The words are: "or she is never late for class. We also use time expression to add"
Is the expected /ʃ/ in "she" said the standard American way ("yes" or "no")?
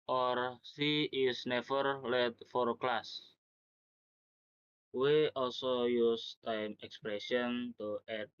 no